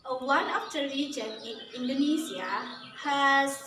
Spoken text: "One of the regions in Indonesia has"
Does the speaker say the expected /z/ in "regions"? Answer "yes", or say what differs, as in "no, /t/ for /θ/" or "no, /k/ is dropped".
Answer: no, /z/ is dropped